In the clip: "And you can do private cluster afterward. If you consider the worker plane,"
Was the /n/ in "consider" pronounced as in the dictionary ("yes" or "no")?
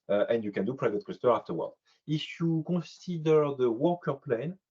no